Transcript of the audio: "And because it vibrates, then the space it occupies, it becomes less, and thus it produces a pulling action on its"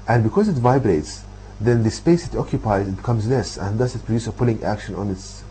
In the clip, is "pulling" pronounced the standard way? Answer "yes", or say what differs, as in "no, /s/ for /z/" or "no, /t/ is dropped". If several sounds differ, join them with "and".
yes